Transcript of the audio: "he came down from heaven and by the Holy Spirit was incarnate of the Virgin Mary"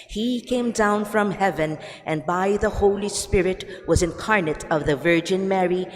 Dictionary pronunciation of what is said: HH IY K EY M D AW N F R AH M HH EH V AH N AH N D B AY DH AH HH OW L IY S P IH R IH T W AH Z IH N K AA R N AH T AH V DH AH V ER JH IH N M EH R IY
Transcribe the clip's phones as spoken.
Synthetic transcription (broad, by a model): HH IY K EY M D AW N F R AH M HH EH V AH N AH N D B AY DH AH HH OW L IY S P IH R IH T W AH Z IH N K AA R N AH T AH V DH AH V ER JH IH N M EH R IY